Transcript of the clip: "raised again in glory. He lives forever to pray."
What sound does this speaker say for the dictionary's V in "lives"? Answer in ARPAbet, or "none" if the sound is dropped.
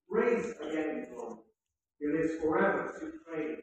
none